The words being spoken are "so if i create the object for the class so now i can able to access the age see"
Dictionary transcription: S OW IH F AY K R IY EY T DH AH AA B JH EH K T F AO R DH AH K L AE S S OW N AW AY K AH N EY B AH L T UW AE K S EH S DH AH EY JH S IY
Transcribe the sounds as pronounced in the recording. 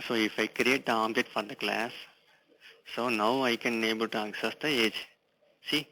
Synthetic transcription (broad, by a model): S OW IH F AY K R IY EY T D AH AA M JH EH T F AO R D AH K L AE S S OW N AW AY K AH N EY B AH L T UW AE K S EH S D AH EY JH S IY